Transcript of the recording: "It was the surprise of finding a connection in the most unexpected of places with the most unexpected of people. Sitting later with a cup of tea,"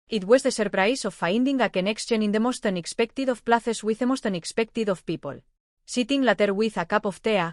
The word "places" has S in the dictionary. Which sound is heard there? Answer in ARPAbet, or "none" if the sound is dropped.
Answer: TH